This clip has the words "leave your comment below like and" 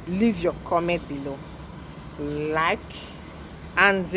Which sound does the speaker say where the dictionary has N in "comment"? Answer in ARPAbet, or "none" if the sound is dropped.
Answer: none